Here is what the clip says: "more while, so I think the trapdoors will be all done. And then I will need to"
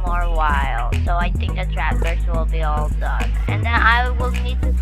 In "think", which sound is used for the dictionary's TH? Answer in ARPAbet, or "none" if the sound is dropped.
TH